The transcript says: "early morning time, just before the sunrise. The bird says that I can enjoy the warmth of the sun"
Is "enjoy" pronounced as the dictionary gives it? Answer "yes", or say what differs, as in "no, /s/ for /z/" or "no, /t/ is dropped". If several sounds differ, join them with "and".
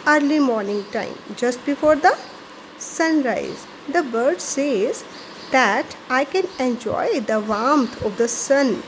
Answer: yes